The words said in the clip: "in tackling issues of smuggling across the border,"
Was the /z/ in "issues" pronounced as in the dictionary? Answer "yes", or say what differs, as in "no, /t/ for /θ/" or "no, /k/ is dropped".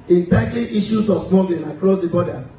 no, /s/ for /z/